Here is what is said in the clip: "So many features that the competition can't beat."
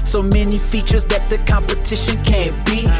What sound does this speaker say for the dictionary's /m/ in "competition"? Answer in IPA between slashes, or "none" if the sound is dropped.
/m/